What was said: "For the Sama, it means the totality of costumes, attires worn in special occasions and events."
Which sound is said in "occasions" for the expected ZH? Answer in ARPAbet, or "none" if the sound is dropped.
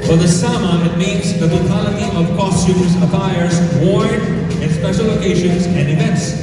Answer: SH